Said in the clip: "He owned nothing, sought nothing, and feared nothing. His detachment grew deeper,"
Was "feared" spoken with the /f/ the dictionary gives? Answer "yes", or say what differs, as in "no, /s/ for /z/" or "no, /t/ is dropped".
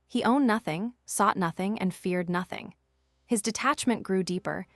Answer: yes